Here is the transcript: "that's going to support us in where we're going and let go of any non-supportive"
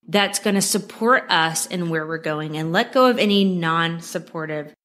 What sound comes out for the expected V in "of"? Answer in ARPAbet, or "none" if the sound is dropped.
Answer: V